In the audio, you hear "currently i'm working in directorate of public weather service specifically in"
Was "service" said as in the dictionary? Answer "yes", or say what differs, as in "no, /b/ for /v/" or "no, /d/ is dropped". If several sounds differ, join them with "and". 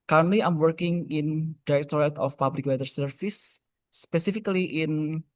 no, /f/ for /v/